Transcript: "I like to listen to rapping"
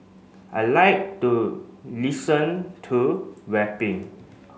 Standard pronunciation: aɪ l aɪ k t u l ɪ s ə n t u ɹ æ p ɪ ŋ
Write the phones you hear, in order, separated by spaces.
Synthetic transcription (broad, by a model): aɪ l aɪ k t u l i s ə n t u w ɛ p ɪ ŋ